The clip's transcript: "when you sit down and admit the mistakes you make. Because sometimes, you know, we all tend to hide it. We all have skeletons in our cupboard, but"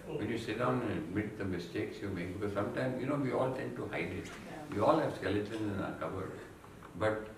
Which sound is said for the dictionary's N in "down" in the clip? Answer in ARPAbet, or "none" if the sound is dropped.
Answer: none